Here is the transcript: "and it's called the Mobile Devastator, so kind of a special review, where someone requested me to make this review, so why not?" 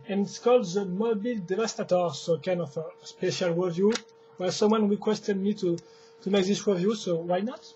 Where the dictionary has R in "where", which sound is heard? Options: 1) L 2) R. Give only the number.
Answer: 1